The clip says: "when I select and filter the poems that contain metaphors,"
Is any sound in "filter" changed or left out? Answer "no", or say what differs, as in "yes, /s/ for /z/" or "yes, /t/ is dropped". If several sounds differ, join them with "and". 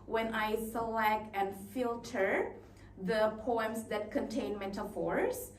no